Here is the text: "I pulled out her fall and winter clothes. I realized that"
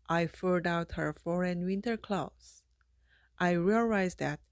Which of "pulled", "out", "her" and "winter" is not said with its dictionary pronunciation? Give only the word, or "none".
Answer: pulled